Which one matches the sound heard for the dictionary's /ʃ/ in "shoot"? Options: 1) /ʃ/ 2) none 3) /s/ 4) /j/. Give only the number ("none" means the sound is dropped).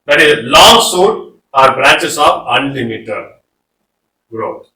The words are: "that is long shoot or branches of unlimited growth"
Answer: 3